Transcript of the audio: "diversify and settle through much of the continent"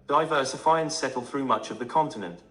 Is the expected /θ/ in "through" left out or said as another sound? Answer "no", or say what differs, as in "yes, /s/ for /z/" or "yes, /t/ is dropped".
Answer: no